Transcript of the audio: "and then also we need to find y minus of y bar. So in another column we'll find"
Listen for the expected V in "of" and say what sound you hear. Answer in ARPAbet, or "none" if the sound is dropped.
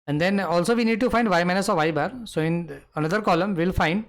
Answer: V